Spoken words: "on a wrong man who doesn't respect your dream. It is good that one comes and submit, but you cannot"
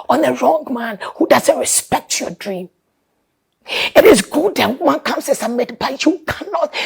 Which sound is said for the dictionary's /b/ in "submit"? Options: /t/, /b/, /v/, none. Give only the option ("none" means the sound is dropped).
none